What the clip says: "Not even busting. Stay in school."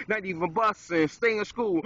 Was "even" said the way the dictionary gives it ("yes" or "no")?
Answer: yes